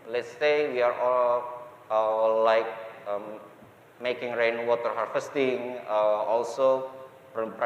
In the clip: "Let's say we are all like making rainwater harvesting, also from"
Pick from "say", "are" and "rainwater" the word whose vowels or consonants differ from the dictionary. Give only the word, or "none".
none